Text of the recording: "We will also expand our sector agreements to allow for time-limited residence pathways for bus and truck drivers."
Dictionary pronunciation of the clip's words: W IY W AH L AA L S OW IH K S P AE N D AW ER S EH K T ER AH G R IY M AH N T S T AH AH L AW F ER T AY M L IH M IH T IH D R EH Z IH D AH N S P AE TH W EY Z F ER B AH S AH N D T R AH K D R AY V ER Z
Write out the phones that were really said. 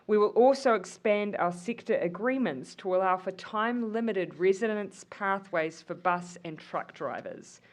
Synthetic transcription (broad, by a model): W IY W AH L AA L S OW IH K S P AE N D AW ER S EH K T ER AH G R IY M AH N T S T AH AH L AW F ER T AY M L IH M IH T IH D R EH Z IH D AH N S P AE TH W EY Z F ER B AH S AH N T R AH K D R AY V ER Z